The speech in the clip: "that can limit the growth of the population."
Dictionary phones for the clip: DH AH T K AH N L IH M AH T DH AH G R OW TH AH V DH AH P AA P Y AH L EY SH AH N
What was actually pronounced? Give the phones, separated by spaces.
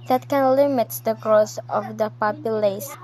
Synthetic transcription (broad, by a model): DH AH T K AH N L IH M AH T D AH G R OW S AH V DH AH P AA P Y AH L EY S